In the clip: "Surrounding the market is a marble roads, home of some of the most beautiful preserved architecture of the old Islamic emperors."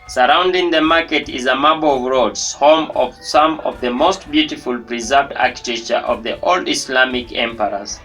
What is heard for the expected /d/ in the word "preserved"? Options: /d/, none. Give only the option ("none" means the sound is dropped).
/d/